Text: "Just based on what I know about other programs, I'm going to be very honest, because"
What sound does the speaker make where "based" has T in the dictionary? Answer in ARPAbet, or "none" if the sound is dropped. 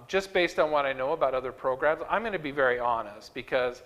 T